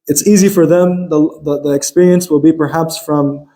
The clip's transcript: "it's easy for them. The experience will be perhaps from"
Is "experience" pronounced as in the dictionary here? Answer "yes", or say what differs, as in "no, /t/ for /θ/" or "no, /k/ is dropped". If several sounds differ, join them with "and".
yes